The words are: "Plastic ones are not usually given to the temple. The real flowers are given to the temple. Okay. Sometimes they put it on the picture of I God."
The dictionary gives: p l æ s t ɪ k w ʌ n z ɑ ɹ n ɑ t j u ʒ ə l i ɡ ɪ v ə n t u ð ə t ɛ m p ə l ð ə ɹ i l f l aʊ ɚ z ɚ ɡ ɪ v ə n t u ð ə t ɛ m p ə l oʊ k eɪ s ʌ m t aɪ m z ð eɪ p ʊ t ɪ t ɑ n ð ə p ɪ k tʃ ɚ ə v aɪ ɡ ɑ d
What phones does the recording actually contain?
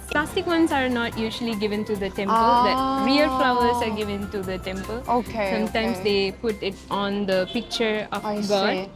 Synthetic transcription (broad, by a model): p l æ s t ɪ k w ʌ n s ɑ ɹ n ɑ t j u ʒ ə l i ɡ ɪ v ə n t u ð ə t ɛ m p ə l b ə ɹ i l f l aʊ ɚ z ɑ ɡ ɪ v ə n t u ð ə t ɛ m p ə l oʊ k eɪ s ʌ m t aɪ m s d eɪ p ʊ t ɪ t ɑ n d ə p ɪ k tʃ ɚ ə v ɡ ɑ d